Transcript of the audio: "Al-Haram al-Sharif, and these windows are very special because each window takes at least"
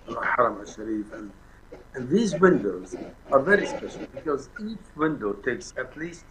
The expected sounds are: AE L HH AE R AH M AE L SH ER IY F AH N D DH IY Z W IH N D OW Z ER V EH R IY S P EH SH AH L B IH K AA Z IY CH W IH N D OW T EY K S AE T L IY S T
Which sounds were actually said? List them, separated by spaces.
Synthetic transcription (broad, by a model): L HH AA R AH M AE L SH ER IY F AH N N DH IY Z W IH N D OW Z ER V EH R IY S P EH SH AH L B IH K AA Z IY CH W IH N D OW T EY K S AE T L IY S T